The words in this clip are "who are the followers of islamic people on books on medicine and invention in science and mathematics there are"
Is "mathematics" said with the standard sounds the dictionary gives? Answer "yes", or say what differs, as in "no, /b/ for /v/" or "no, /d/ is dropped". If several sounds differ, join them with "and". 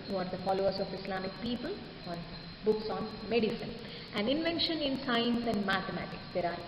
no, /t/ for /θ/